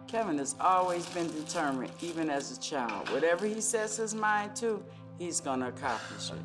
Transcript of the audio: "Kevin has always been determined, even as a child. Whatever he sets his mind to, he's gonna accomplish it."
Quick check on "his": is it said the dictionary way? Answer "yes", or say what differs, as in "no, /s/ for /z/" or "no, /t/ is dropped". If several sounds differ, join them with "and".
yes